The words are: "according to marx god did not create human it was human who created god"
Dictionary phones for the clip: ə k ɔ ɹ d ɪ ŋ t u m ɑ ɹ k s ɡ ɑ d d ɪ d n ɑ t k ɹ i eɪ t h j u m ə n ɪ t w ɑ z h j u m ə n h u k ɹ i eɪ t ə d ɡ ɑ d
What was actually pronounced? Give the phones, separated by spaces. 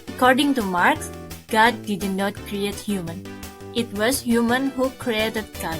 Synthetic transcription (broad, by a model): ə k ɔ ɹ d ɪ ŋ t u m ɑ ɹ k s ɡ ɑ d d ɪ d n ɑ t k ɹ i eɪ t h j u m ə n ɪ t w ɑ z h j u m ə n h u k ɹ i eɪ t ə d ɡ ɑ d